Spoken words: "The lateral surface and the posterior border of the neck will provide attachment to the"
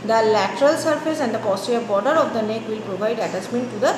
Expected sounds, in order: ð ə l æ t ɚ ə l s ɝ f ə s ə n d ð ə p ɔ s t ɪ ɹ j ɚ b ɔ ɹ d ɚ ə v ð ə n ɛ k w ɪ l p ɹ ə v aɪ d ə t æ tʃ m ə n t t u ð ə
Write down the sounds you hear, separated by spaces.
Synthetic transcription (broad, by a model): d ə l æ t ɚ ə l s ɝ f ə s ə n d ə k ɔ s t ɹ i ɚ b ɔ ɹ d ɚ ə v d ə n ɛ k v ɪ l p ɹ ə v aɪ d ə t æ s m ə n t t u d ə